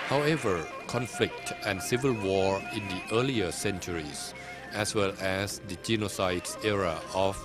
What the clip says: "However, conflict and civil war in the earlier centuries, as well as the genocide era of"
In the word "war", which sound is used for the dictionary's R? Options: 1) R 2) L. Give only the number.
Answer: 1